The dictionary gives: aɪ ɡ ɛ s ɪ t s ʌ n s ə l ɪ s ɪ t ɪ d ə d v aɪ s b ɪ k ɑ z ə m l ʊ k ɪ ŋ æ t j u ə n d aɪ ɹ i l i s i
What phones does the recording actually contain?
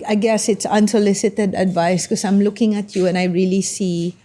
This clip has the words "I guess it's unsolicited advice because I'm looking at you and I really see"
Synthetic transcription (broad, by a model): aɪ ɡ ɛ s ɪ t s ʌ n s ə l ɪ s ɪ t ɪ d ə d v aɪ s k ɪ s ɑ ə m l ʊ k ɪ ŋ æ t j u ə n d aɪ ɹ i l i s i